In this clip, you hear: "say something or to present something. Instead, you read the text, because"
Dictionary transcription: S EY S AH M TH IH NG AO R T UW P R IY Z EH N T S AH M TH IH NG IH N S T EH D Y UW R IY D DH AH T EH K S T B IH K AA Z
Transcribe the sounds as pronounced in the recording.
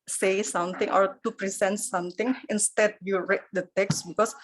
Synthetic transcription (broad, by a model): S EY S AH M T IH NG AO R T UW P R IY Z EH N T S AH M T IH NG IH N S T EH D Y UW R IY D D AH T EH K S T B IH K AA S